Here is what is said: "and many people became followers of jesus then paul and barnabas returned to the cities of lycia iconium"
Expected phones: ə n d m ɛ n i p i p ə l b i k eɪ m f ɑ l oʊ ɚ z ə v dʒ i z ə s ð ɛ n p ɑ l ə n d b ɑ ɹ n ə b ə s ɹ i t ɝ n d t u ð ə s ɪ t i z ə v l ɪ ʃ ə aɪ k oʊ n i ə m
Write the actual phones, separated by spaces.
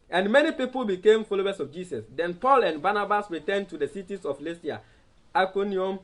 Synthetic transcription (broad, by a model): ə n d m ɛ n i p i p ə l b i k eɪ m f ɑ l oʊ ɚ s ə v dʒ i s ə s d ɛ n p ɑ l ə n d b ɑ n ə b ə s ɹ i t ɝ n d t u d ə s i t i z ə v l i s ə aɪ k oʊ n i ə m